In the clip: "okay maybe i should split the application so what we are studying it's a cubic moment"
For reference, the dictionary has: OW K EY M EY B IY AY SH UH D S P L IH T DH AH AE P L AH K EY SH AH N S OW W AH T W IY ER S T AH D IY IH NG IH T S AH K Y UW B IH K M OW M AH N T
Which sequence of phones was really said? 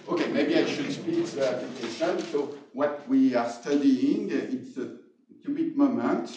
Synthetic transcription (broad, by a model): OW K EY M EY B IY AY SH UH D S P IY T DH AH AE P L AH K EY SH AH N S OW W AH T W IY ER S T AH D IY IH NG IH T S AH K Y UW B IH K M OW M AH N T